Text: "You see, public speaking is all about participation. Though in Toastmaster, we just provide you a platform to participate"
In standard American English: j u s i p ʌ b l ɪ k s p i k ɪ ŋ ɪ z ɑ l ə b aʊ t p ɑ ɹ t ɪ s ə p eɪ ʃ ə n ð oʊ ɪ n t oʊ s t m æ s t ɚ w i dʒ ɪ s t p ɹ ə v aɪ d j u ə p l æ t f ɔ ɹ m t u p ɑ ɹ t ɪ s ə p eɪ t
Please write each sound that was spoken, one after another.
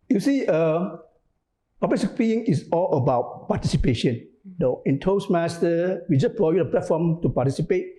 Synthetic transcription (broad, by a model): j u s i p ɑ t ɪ s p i ɪ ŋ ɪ s ɑ l ə b aʊ t p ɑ t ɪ s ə p eɪ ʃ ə n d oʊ ɪ n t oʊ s m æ s t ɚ w i dʒ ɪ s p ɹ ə aɪ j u ə p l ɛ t f ɔ m t u p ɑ t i s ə p eɪ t